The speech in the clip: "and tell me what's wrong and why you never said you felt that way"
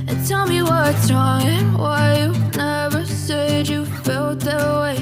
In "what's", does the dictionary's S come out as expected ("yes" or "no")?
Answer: no